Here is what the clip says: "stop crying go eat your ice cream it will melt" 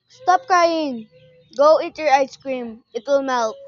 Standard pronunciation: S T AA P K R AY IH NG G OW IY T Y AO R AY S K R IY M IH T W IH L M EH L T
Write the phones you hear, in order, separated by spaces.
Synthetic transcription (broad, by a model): S T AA P K AY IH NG G OW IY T Y AO R AY S K R IY M IH T W IH L M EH L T